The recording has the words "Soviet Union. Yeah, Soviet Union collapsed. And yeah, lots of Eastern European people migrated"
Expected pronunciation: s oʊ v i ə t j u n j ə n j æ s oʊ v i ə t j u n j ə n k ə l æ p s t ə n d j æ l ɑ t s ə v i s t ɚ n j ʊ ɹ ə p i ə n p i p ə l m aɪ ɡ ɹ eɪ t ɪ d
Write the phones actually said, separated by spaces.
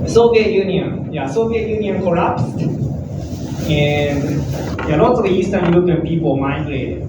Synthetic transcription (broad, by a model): s oʊ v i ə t j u n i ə n j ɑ s oʊ v i ə t j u n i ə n k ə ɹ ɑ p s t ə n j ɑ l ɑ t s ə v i s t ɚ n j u l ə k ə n p i p ə l m aɪ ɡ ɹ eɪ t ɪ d